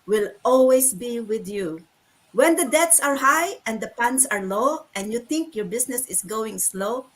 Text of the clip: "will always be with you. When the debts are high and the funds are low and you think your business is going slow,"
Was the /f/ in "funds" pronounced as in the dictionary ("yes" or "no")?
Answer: no